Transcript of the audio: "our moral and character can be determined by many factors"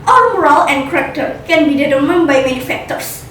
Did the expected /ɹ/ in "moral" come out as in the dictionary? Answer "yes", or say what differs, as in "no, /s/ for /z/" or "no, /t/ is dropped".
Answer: yes